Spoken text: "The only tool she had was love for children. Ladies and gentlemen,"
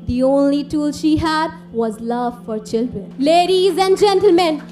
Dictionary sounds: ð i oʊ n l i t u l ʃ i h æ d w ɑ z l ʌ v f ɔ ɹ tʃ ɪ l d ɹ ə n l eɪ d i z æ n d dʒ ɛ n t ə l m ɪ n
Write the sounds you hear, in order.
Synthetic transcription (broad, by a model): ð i oʊ n l i t u l ʃ i h æ d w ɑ z l ʌ v f ɔ ɹ tʃ ɪ l d ɹ ə n l eɪ d i z æ n d dʒ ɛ n t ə l m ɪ n